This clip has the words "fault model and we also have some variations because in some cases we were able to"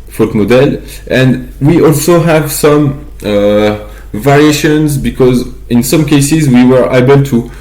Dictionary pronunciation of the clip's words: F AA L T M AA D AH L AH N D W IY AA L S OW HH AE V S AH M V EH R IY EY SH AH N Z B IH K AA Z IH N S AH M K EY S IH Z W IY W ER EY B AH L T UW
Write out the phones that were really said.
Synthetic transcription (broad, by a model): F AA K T M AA D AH L AH N D W IY AA L S OW HH AE V S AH M V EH R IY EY SH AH N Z B IH K AA Z IH N S AH M K EY S IH Z W IY W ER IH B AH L T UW